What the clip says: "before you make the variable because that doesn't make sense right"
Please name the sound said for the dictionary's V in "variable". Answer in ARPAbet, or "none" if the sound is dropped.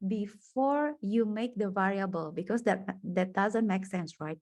V